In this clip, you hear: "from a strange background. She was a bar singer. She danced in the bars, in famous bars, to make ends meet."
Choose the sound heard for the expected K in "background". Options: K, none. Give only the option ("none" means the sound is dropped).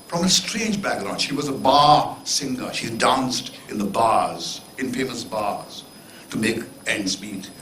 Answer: none